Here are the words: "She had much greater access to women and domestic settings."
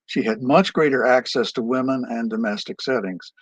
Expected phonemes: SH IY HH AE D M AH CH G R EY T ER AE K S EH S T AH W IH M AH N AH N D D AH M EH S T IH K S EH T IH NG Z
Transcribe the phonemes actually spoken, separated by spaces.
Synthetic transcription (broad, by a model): SH IY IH D M AH CH G R EY T ER AE K S EH S T AH W IH M AH N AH N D D AH M EH S T IH K S EH T IH NG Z